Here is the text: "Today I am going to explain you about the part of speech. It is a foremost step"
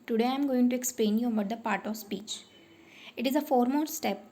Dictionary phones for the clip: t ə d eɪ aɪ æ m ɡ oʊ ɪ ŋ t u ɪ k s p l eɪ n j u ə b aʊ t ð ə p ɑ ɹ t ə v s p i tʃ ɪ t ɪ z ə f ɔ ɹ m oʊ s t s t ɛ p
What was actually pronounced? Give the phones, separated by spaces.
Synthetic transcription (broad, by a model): t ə d eɪ aɪ m ɡ oʊ ɪ ŋ t u ɪ k s p l eɪ n j u ə b aʊ t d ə p ɑ ɹ t ə v s p i tʃ ɪ t ɪ z ə f ɔ ɹ m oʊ t s t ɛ p